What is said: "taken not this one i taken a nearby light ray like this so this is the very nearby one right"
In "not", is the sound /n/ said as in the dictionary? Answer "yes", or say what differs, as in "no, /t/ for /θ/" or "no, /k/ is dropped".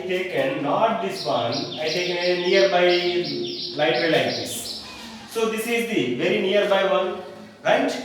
yes